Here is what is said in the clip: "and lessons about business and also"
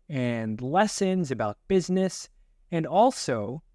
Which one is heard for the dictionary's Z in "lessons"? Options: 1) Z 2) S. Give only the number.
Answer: 1